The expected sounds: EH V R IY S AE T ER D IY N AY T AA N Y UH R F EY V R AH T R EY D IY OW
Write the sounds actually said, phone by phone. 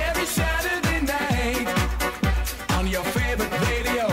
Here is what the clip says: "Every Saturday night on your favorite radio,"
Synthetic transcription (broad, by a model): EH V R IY SH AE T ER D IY N AY T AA N Y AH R F EY V R AH T R EY D IY OW